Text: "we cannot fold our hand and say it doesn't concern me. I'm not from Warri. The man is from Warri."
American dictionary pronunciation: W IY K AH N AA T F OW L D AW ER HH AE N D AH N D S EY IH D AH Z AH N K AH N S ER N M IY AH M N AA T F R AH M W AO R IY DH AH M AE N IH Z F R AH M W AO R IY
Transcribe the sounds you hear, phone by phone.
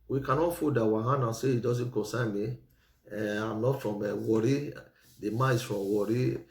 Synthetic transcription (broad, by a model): W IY K AH N AA T F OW D AW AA HH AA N AH S EY IH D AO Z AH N K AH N S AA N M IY AH M N AA T F R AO M W AO R IY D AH M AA IH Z F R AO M W AO R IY